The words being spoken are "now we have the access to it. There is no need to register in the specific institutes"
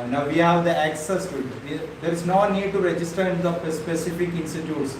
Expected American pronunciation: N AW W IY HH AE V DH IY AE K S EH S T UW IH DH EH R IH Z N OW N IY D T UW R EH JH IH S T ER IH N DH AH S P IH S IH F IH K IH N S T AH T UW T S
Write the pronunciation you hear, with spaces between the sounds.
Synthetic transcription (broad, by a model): N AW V IY HH AE V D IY AE K S EH S T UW IH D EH R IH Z N OW N IY D T UW R EH JH IH S T ER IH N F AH S P IH S IH F IH K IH N S T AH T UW T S